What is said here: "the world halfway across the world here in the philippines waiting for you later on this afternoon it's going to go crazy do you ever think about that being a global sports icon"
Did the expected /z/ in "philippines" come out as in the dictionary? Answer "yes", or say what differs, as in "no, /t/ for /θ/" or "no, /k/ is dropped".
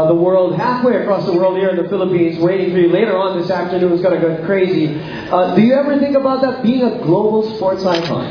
yes